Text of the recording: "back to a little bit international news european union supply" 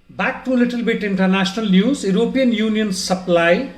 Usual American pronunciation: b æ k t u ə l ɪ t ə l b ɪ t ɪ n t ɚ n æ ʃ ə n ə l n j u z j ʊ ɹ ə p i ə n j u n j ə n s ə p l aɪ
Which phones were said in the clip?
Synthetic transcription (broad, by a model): b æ k t u l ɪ t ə l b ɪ t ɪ n t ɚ n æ s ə n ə l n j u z j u ɹ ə p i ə n j u n j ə n s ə p l aɪ